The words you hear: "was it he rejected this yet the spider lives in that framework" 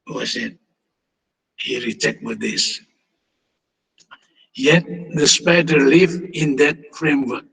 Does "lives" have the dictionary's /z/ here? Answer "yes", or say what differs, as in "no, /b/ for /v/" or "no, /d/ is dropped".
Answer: no, /z/ is dropped